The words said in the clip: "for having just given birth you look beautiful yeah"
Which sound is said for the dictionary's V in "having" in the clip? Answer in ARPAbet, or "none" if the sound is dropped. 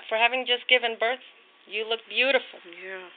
V